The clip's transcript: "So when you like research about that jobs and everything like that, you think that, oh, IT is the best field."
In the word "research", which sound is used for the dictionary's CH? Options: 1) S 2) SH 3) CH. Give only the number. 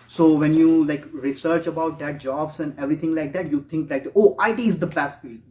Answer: 3